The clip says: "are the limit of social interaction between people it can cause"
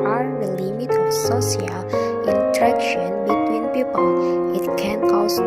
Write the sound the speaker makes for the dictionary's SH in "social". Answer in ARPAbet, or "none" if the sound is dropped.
S